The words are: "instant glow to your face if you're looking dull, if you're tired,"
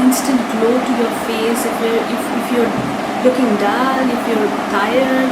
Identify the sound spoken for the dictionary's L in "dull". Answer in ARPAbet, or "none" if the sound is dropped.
N